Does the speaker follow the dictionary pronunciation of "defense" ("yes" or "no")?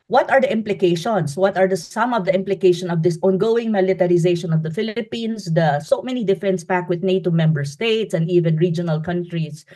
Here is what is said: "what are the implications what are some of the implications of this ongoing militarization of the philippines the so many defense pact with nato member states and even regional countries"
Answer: yes